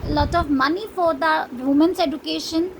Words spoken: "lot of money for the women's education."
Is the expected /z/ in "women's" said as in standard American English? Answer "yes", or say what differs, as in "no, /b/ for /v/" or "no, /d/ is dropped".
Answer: no, /s/ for /z/